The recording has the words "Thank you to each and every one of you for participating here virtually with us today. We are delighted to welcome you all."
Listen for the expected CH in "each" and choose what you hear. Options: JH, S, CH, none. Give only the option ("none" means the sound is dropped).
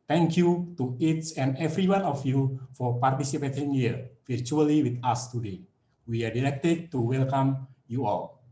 S